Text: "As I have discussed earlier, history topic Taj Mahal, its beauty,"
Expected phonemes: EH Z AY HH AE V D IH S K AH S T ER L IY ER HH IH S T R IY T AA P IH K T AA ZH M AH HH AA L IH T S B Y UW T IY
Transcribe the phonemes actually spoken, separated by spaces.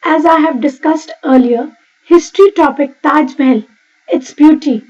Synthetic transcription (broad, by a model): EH Z AY HH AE V D IH S K AH S T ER L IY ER HH IH S T R IY T AA P IH K T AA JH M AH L IH T S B Y UW T IY